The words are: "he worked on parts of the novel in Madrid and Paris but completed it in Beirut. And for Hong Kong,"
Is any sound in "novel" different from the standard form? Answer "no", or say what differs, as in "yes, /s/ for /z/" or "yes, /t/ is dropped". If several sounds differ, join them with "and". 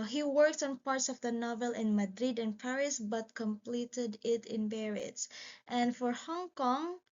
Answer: no